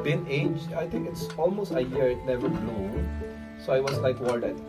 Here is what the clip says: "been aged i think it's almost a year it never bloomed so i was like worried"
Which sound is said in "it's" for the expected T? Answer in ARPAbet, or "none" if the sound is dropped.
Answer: T